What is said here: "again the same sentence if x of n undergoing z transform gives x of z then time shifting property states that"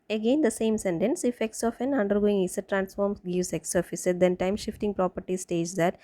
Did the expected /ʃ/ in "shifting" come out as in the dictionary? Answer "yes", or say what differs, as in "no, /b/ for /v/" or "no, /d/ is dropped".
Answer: yes